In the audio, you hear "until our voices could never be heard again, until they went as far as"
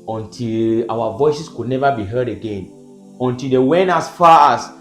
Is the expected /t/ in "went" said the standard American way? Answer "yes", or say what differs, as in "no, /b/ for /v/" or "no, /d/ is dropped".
no, /t/ is dropped